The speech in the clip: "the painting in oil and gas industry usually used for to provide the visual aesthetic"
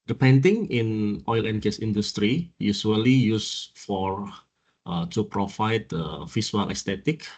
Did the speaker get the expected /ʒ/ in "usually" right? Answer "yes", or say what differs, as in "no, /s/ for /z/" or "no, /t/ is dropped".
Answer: no, /s/ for /ʒ/